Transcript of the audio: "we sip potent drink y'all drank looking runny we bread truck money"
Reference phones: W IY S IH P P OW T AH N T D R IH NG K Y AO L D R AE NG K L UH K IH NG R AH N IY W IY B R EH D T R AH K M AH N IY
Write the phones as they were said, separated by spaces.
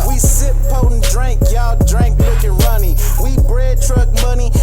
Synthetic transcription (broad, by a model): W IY S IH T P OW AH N D R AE NG K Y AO D R AE NG K W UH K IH R AH N IY W IY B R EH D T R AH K M AH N IY